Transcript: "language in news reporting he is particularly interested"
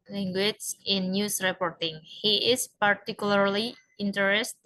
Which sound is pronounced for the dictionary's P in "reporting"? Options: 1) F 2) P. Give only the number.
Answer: 2